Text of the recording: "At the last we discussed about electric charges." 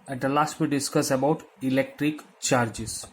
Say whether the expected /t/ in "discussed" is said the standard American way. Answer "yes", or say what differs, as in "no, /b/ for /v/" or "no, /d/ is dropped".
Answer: no, /t/ is dropped